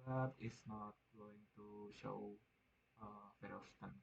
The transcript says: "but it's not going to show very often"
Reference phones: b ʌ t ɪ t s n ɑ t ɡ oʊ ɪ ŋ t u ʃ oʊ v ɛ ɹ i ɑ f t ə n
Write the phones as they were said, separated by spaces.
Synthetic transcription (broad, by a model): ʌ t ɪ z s n ɑ t ɡ oʊ ɪ ŋ t u ʃ oʊ f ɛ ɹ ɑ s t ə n